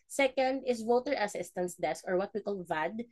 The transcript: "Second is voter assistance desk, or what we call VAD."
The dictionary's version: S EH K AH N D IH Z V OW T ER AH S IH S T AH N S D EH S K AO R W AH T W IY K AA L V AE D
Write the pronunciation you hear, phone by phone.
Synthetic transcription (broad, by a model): S EH K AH N D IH S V OW T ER AH S IH S T AH N S D EH S K AO R W AH T W IY K AA L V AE D